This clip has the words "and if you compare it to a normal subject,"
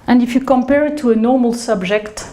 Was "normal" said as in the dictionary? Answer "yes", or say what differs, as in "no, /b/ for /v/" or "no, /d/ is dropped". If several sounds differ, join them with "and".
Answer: yes